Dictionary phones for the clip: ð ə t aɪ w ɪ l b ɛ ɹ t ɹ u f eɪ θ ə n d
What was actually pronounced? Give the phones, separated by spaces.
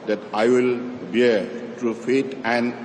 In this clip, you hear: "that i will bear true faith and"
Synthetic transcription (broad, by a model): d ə t aɪ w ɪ l b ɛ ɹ t ɹ u f eɪ t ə n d